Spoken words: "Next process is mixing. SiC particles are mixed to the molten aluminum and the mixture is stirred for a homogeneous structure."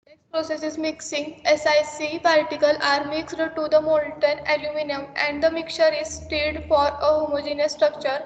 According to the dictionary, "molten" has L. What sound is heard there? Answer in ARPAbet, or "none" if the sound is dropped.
N